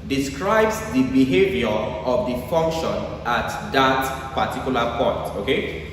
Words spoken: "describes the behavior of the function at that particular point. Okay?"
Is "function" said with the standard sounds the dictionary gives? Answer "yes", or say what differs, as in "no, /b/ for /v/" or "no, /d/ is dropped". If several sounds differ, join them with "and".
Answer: yes